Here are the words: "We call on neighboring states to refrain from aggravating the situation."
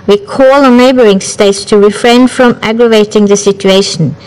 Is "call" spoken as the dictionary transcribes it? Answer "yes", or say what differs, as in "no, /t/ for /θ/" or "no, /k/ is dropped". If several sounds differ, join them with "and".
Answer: yes